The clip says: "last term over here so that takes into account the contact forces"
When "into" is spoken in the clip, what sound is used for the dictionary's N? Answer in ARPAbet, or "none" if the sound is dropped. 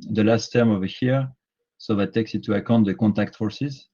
none